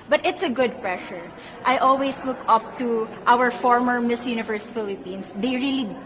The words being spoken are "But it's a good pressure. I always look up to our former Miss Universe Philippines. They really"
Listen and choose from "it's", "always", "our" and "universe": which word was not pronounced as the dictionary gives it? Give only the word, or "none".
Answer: always